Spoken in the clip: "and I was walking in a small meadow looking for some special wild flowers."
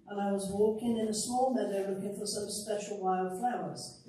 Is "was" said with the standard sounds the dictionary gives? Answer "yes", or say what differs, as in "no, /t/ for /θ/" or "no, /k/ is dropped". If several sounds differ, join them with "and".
yes